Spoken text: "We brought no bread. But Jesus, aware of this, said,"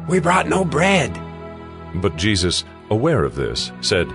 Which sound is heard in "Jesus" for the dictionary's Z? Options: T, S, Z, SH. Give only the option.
Z